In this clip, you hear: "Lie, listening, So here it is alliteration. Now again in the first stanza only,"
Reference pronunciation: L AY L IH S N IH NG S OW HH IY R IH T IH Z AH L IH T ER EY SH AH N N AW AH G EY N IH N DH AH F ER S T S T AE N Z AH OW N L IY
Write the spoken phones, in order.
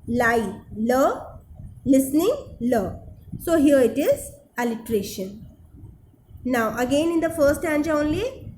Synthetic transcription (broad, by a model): L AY L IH S N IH NG S OW HH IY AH IH T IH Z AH L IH T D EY SH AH N N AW AH G EY N IH N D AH F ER T S T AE N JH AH OW N L IY